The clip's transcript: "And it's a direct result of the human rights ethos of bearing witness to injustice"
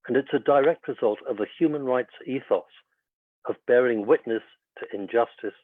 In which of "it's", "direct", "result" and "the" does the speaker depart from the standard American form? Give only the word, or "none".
none